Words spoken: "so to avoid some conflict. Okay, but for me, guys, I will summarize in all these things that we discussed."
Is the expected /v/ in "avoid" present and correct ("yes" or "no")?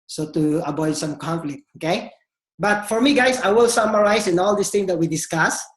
no